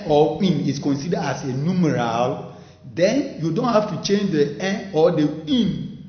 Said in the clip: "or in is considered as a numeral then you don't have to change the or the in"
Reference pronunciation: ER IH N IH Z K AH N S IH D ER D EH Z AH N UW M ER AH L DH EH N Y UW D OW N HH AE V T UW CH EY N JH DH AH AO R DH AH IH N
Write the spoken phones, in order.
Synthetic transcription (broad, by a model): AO IH N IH S K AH N S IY D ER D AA S AH N UW M ER AH L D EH N Y UW D OW N HH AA F T UW CH EY N JH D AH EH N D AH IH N